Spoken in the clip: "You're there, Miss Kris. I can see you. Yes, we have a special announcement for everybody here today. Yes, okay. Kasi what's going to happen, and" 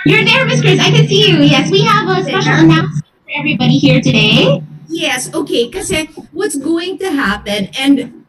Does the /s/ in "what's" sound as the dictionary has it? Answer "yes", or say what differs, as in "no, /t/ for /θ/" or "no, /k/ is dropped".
yes